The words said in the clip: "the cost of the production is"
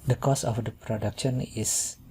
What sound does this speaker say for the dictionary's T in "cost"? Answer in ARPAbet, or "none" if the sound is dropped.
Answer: none